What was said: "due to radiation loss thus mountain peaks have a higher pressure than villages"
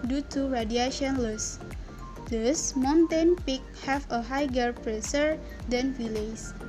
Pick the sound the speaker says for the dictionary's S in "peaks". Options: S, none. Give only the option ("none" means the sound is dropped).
none